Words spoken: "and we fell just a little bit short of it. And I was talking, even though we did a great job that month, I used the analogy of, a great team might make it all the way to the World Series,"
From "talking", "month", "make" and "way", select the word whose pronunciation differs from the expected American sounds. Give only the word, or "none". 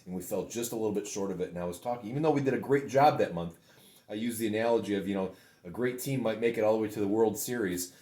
none